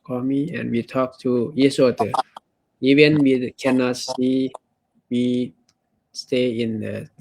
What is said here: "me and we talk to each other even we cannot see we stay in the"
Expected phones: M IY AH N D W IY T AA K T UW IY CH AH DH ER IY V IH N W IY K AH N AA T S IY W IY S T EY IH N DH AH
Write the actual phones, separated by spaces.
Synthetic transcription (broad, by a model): M IY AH N W IY T AA K T UW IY S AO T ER IY V IH N W IY K AH N AA T S IY W IY S T EY IH N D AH